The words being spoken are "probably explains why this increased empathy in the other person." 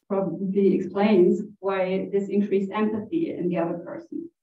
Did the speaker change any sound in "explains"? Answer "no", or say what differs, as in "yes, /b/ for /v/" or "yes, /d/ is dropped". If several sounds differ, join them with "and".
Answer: no